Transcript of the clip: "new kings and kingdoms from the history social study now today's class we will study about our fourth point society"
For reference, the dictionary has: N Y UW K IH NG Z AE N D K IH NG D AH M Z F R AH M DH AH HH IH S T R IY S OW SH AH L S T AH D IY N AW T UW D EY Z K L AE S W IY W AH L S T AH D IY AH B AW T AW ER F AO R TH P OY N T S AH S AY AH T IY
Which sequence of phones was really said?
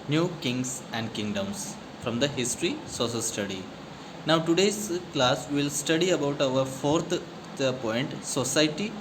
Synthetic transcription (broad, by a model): N Y UW K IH NG S AE N D K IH NG D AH M S F R AH M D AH HH IH S T R IY S OW S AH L S T AH D IY N AW T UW D EY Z K L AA S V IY L S T AH D IY AH B AW T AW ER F AO R T P OY N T S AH S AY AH T IY